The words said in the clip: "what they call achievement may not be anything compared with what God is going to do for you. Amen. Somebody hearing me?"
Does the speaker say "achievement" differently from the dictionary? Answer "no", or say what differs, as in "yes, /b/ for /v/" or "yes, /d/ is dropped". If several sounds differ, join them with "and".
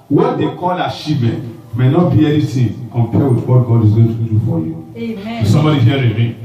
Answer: yes, /ʃ/ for /tʃ/ and /v/ is dropped